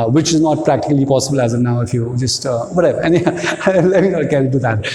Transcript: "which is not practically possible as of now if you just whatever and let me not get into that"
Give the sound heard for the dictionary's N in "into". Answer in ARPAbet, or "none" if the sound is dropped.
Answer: none